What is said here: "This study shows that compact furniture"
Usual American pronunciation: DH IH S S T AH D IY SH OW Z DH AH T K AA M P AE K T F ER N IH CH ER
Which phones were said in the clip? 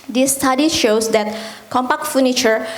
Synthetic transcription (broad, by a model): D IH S S T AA D IY SH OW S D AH T K AA M P AE K T F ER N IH CH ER